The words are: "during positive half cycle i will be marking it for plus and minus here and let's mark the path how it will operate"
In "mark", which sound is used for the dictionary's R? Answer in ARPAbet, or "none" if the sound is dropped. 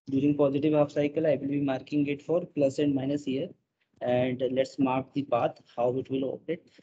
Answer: R